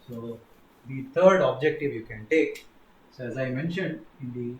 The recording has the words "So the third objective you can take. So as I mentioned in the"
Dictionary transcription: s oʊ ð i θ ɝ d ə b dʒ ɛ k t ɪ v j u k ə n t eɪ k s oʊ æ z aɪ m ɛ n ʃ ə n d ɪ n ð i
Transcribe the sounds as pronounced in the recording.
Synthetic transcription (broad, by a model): s oʊ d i t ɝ d ə b dʒ ɛ k t ɪ v j u k ə n t eɪ k s oʊ æ z aɪ m ɛ n ʃ ə n d ɪ n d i